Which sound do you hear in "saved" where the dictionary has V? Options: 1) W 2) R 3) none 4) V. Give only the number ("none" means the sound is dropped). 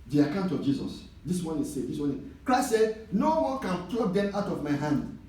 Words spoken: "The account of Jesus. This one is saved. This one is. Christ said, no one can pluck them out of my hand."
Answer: 3